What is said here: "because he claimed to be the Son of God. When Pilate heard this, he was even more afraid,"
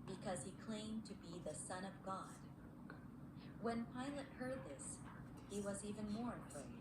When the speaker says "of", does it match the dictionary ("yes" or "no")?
yes